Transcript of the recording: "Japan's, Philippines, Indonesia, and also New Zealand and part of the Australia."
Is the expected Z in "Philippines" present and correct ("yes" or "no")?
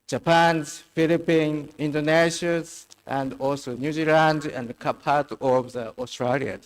no